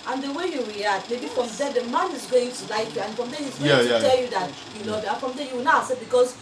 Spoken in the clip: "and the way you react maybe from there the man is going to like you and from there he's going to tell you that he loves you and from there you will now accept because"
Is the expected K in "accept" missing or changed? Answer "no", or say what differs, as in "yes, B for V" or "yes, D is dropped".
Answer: yes, K is dropped